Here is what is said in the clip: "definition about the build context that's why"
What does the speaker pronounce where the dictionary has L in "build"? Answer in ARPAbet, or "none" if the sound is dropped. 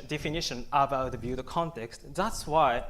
none